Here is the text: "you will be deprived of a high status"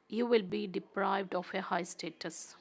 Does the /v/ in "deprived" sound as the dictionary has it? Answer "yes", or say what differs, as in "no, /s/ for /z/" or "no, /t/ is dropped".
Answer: yes